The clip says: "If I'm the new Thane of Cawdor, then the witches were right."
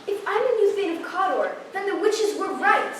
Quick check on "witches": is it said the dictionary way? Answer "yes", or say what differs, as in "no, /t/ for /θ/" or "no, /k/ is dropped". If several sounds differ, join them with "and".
yes